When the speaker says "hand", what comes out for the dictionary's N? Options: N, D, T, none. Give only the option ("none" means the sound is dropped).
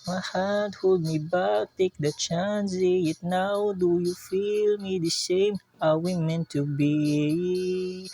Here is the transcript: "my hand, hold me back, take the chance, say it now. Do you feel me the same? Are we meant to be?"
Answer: none